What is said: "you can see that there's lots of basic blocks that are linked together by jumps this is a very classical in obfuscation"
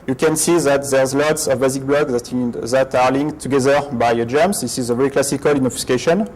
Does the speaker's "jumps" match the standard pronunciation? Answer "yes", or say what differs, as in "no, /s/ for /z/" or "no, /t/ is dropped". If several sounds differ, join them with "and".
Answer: no, /p/ is dropped